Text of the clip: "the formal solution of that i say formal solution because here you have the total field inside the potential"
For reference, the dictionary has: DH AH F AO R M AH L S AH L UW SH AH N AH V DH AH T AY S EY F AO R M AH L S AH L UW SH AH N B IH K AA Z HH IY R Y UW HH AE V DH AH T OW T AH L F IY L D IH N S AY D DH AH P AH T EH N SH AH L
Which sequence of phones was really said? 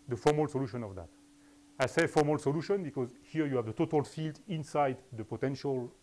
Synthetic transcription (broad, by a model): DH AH F AO R M AH L S AH L UW SH AH N AH V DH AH T AY S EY F AO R M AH L S AH L UW SH AH N B IH K AA Z HH IY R Y UW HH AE V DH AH T OW T AH L F IY L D IH N S AY D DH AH P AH T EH N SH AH L